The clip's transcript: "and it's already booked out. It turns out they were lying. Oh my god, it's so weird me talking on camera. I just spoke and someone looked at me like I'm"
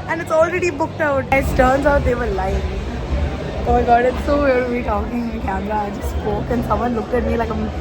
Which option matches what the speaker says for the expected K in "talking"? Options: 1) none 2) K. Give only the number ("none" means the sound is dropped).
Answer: 1